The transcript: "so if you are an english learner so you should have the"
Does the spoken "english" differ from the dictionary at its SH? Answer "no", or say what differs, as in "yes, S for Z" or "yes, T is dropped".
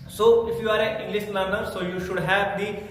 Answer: yes, S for SH